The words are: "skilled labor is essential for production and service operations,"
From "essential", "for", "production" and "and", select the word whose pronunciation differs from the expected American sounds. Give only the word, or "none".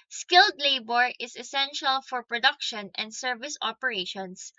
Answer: none